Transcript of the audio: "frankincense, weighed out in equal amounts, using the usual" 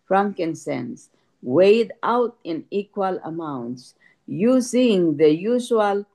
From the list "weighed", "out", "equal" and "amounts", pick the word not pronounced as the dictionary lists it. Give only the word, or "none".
none